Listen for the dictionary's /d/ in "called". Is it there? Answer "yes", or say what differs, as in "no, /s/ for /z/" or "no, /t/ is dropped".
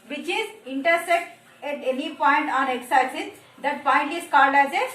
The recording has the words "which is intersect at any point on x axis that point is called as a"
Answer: yes